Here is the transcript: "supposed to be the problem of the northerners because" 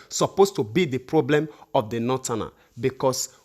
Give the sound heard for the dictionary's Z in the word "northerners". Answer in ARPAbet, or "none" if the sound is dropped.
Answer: none